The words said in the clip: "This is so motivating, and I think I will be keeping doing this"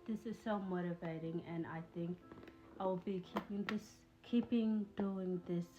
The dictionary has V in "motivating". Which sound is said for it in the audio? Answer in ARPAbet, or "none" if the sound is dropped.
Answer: V